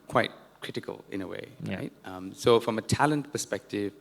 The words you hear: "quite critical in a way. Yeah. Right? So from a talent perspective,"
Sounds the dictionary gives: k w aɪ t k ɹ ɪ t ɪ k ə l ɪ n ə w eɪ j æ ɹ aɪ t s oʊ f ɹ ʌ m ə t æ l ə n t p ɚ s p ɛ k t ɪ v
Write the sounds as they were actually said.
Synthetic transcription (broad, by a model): k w aɪ t k ɹ ɪ t ɪ k ə l ɪ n ə w eɪ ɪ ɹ aɪ t s oʊ f ɹ ʌ m ə t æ l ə n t p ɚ s p ɛ k t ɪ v